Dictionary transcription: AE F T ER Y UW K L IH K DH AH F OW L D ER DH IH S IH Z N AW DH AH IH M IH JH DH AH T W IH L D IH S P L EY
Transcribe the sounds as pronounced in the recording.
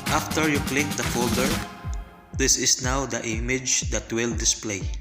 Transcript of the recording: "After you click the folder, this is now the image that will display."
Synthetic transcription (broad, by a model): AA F T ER Y UW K L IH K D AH F OW L D ER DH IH S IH S N AW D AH IH M IH JH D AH T W IH L D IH S P L EY